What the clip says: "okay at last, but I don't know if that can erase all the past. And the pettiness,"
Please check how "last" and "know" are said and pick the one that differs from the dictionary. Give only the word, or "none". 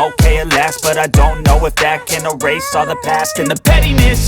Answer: none